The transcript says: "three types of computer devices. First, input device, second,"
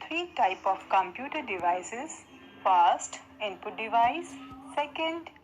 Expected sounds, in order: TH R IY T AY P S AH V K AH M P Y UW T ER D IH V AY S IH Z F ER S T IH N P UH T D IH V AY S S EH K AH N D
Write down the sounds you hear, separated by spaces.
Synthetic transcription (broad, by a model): R IY T AY P AH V K AH M P Y UW T ER D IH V AY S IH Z F ER S T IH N P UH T D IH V AY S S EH K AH N D